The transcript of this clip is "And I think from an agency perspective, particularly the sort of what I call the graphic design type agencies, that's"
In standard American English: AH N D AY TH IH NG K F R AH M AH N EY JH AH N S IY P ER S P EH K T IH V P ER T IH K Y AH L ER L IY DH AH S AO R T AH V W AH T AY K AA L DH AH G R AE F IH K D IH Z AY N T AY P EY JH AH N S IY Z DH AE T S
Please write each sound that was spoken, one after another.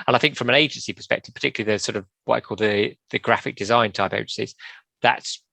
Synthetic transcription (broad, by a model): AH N AY TH IH NG K F R AH M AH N EY JH AH N S IY P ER S P EH K T IH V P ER T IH K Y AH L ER L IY DH AH S AO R T AH V W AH T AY K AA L DH AH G R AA F IH K D IH Z AY N T AY P EY JH AH N S IY Z DH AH T S